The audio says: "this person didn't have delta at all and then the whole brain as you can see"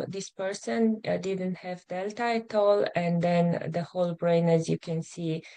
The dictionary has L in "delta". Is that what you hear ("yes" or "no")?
yes